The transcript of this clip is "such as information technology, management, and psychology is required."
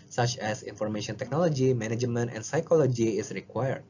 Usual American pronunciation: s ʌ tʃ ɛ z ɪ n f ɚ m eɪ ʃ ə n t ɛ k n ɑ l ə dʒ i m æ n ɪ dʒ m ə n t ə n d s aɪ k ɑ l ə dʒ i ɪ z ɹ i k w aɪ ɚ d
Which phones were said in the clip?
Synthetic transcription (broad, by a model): s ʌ tʃ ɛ s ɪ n f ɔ m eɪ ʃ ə n t ɛ k n ɑ l ə dʒ i m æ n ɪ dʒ m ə n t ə n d s aɪ k ɑ l ə dʒ i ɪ s ɹ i k w aɪ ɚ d